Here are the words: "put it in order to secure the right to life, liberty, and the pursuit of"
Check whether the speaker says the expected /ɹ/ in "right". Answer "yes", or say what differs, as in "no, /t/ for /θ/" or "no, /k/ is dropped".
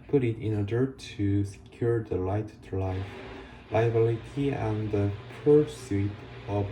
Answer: no, /l/ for /ɹ/